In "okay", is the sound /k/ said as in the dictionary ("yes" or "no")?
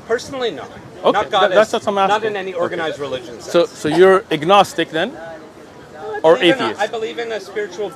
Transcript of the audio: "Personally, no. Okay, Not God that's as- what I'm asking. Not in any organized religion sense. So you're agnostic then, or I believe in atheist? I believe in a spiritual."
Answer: no